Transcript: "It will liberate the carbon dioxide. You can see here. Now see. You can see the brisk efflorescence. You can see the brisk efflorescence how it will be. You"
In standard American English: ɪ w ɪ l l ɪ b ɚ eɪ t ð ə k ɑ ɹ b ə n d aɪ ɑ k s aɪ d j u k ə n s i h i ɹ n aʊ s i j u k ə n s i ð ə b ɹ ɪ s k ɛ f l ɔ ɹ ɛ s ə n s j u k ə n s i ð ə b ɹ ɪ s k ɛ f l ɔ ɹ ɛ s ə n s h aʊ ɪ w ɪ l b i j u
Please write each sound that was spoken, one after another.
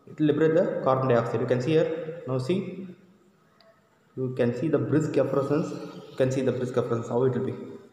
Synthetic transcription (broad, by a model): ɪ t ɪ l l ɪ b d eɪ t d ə k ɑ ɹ ə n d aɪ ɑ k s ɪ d j u k ə n s i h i ɹ n aʊ s i j u k ə n s i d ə b ɹ ɪ s k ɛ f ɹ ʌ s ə n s j u k ə n s i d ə b ɹ ɪ s k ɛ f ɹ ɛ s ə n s h aʊ ɪ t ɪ l b i